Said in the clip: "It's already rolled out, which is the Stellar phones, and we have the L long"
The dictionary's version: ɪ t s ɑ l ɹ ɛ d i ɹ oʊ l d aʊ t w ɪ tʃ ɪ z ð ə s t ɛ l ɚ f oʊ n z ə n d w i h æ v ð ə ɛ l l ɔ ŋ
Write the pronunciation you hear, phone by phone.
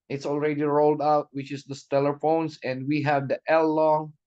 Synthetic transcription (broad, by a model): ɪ t s ɑ l ɹ ɛ d i ɹ oʊ l d aʊ t w ɪ tʃ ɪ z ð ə s t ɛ l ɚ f oʊ n s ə n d w i h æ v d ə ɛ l l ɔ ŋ